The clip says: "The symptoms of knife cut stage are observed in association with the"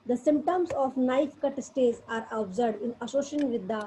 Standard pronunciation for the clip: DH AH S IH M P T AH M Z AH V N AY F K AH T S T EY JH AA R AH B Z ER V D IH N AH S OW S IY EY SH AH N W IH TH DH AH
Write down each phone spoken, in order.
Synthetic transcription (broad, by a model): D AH S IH M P T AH M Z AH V N AY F K AH T S T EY Z AA R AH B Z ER D IH N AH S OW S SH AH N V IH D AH